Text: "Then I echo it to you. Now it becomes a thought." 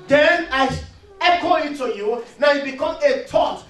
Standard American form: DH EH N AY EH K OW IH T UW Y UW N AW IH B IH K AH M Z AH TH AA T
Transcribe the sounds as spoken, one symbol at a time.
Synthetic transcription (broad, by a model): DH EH N AY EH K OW IH T UW Y UW N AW IH B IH K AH M AH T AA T